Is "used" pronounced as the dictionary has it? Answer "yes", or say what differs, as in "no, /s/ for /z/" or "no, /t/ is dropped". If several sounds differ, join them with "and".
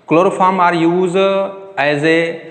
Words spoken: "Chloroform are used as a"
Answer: no, /d/ is dropped